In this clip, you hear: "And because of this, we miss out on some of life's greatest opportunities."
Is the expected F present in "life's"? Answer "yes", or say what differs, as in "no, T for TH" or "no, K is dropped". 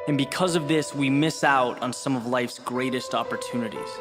yes